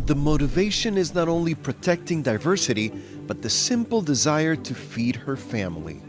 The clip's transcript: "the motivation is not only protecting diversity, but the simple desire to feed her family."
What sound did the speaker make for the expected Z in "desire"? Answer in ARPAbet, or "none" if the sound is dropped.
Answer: Z